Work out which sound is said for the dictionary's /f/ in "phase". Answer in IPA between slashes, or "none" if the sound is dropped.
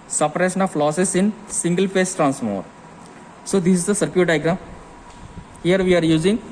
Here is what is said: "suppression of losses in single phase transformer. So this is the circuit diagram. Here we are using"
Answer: /p/